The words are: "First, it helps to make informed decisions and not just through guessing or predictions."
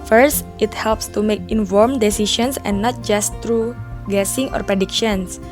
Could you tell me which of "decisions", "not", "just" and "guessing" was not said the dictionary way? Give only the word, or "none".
decisions